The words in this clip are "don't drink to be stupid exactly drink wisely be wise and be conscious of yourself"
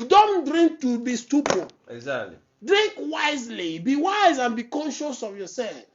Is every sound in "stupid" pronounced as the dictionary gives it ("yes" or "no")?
no